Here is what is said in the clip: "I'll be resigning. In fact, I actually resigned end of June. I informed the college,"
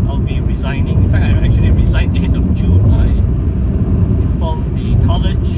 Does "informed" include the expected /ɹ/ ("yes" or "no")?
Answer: no